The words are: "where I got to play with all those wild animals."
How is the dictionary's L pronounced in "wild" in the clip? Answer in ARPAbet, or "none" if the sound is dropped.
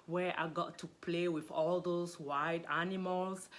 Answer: none